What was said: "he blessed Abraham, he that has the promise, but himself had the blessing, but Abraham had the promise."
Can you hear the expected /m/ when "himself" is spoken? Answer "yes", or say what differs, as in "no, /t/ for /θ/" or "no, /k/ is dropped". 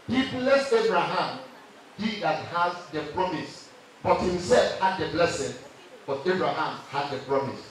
yes